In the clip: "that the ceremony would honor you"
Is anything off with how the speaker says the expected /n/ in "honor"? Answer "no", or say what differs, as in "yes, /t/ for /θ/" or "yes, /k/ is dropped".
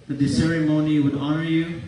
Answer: no